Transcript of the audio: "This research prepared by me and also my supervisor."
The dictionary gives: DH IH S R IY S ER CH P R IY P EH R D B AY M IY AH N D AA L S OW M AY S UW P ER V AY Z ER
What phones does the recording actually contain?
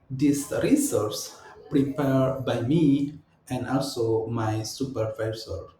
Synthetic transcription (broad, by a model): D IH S R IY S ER S P R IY P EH R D B AY M IY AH N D AA L S OW M AY S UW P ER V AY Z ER